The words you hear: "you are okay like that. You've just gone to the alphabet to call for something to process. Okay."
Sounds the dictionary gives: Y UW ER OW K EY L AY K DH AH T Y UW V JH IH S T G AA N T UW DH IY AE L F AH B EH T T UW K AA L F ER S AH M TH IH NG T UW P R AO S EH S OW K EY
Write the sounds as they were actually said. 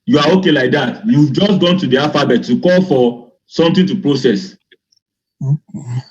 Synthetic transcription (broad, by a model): Y UW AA OW K EY L AY K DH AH T Y UW V JH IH S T G AA N T UW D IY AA F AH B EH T T UW K AA L F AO S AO M T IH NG T UW P R AO S EH S